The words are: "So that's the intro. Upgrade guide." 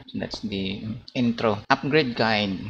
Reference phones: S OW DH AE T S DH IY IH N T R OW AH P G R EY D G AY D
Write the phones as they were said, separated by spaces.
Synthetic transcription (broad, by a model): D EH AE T S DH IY IH N T R OW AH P G R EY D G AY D